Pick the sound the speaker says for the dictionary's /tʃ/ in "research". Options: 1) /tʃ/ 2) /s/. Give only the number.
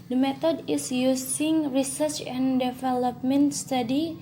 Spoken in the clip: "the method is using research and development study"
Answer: 1